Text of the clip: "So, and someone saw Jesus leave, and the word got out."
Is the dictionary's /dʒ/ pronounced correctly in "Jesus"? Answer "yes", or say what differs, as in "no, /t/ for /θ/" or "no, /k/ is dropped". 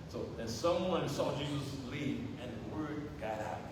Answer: yes